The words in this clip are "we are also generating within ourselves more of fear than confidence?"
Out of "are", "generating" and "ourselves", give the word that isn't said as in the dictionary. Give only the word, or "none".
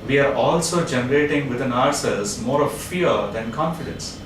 ourselves